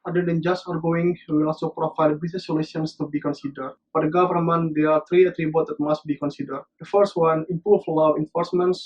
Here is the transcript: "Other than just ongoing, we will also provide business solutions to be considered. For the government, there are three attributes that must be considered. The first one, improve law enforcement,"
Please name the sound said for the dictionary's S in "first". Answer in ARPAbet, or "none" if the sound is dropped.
S